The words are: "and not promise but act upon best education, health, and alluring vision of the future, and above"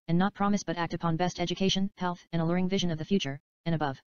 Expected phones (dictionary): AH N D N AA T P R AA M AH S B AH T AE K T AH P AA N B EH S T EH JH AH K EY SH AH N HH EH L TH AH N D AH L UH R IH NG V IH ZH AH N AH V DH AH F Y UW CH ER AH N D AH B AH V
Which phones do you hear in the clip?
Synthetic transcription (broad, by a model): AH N N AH T P R AA M AH S B AH T AE K T AH P AA N B EH S T EH JH AH K EY SH AH N HH EH L TH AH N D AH L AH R IH NG V IH ZH AH N AH V DH AH F Y UW CH ER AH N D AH B AH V